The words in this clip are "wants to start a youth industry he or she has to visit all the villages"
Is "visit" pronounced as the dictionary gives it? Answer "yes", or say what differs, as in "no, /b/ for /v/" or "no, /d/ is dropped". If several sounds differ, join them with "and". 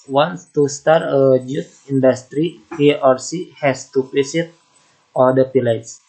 no, /p/ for /v/